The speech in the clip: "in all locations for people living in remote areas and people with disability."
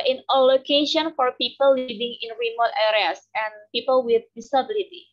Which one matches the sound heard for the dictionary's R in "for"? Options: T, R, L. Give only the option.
R